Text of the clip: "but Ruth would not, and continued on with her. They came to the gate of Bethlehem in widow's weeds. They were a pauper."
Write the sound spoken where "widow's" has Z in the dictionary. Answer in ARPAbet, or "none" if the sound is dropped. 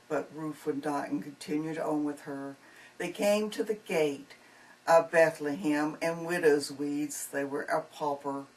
Z